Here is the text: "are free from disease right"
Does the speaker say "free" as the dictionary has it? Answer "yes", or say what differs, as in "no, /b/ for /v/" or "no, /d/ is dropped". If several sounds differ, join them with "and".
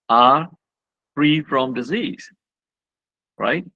yes